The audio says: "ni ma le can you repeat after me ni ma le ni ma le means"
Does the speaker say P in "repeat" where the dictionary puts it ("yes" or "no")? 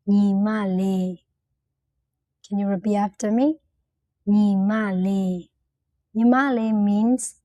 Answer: no